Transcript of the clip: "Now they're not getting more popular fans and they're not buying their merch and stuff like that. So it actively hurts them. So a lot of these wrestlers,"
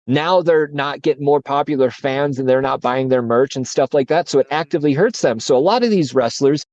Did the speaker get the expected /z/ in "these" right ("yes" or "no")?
yes